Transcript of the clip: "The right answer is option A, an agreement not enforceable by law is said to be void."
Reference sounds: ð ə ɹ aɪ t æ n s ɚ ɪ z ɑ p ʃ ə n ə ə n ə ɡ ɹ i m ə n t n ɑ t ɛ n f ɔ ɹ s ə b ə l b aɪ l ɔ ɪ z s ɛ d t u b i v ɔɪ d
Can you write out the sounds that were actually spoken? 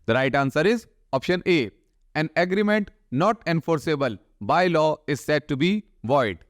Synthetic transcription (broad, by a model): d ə ɹ aɪ t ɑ n s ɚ ɪ z ɑ p ʃ ə n ə ə n ə ɡ ɹ i m ə n t n ɑ t ɛ n f ɔ ɹ s ə b ə l b aɪ l ɔ ɪ z s ɛ d t u b i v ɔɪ d